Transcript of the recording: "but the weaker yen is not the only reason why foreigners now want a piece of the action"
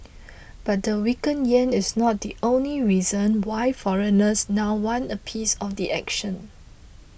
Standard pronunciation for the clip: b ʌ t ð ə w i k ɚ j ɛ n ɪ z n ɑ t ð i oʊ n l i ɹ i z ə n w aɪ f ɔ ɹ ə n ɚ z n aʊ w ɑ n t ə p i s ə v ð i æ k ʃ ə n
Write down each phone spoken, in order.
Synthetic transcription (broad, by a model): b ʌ t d ə w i k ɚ j ɛ n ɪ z n ɑ t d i oʊ n l i ɹ i z ə n w aɪ f ɔ ɹ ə n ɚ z n aʊ w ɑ n ə p i s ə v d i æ k ʃ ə n